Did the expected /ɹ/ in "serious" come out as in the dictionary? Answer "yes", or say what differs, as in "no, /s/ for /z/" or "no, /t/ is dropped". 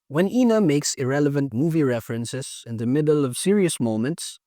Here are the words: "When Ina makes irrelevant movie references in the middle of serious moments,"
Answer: yes